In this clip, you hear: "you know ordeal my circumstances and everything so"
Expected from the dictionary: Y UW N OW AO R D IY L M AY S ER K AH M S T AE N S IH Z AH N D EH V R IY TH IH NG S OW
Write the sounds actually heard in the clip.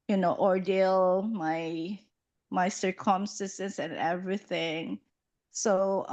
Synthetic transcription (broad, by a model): Y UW N OW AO R D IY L M AY S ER K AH M S T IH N S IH S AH N EH V R IY TH IH NG S OW